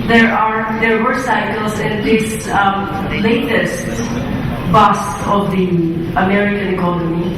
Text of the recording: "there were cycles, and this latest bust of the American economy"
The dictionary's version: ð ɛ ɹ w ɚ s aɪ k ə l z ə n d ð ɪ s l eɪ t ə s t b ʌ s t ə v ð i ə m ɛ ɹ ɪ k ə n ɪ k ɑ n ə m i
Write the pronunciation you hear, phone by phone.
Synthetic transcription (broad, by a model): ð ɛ ɹ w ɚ s aɪ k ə l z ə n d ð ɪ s l eɪ t ə s t b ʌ s ə v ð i ə m ɛ ɹ ɪ k ə n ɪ k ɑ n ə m i